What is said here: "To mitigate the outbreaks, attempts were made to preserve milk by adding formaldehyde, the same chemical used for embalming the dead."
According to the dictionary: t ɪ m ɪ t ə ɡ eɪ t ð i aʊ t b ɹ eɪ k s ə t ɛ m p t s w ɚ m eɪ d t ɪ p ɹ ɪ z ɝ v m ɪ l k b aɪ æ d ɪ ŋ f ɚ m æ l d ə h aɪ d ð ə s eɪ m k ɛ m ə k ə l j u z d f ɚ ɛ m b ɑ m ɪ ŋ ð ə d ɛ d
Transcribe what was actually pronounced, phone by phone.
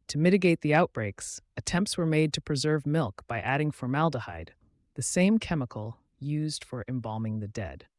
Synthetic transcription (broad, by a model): t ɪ m ɪ t ə ɡ eɪ t ð i aʊ t b ɹ eɪ k s ə t ɛ m p t s w ɚ m eɪ d t ɪ p ɹ ɪ z ɝ v m ɪ l k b aɪ æ d ɪ ŋ f ɚ m æ l d ə h aɪ d ð ə s eɪ m k ɛ m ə k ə l j u z d f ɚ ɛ m b ɑ m ɪ ŋ ð ə d ɛ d